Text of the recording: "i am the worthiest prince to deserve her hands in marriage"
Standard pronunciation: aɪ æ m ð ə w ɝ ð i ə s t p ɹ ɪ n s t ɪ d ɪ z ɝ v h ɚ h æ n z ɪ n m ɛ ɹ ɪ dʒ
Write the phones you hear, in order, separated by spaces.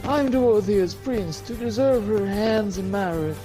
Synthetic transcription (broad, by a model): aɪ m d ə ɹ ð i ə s p ɹ ɪ n s t ɪ d ɪ z ɝ v h ɚ h æ n z ɪ n m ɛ ɹ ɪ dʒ